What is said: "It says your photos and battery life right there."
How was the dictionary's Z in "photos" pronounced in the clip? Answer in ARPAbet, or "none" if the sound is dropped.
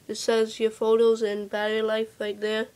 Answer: Z